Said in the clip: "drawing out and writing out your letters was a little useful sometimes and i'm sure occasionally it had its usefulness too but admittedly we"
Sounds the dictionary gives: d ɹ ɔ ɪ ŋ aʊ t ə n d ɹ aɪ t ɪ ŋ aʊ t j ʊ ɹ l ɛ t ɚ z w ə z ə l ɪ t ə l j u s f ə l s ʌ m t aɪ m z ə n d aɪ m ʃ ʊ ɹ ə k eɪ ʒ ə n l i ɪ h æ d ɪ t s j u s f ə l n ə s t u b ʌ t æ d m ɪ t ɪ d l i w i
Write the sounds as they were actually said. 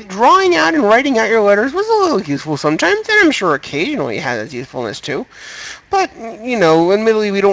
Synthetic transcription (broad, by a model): d ɹ ɔ ɪ ŋ aʊ t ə n ɹ aɪ t ɪ ŋ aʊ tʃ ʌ ɹ l ɛ t ɚ z w ə z ə l ɪ t l j u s f l s ʌ m t aɪ m z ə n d aɪ m ʃ ʊ ɹ ə k eɪ ʒ ə n l i ɪ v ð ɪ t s j u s f l n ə s t u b ʌ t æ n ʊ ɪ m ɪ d l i w i